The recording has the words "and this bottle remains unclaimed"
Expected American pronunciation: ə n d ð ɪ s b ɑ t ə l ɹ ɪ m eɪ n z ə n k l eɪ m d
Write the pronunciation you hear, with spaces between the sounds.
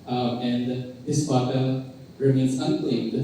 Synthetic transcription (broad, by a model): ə n d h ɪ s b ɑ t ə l ɹ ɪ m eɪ n s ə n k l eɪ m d